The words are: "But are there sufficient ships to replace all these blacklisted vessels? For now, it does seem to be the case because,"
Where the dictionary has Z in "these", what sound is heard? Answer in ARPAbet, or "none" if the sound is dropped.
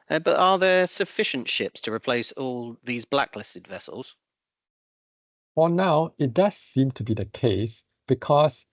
Z